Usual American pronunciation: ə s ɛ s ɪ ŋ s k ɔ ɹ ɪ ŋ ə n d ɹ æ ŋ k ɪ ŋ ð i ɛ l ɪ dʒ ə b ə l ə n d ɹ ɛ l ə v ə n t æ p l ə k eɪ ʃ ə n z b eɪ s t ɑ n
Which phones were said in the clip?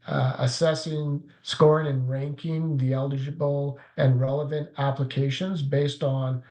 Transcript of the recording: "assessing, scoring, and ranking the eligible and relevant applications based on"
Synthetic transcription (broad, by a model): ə s ɛ s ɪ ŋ s k ɔ ɹ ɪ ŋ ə n ɹ æ ŋ k ɪ ŋ ð i ɛ l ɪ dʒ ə b l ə n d ɹ ɛ l ə v ə n t æ p l ə k eɪ ʃ ə n z b eɪ s t n